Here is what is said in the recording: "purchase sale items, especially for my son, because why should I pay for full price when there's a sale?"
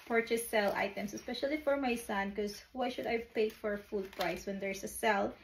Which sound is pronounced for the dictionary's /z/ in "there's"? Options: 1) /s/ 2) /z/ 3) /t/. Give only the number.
1